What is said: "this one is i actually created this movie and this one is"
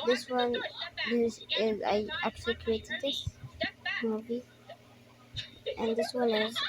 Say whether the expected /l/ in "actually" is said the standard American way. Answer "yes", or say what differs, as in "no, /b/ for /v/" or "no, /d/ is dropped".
no, /l/ is dropped